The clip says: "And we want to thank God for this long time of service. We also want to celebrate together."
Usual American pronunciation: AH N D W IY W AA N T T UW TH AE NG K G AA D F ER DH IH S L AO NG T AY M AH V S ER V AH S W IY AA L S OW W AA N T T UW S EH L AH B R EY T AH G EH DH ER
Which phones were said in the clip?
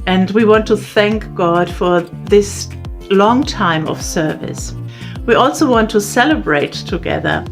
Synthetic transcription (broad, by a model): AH N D W IY W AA N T T UW TH AE NG K G AA D F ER DH IH S L AO NG T AY M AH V S ER V AH S W IY AA L S OW W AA N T T UW S EH L AH B R EY T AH G EH DH ER